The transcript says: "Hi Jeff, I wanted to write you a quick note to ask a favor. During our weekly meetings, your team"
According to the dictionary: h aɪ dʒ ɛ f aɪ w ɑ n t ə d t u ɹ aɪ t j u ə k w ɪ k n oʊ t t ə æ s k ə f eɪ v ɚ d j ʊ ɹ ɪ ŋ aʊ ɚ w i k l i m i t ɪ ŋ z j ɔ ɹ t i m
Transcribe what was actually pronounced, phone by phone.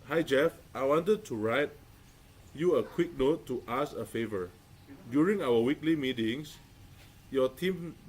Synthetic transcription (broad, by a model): h aɪ dʒ ɛ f aɪ w ɑ n t ə d t u ɹ aɪ t j u ə k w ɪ k n oʊ t t ə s ə f eɪ v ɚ d j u ɹ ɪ ŋ aʊ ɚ w i k l i m i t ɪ ŋ s j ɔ t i m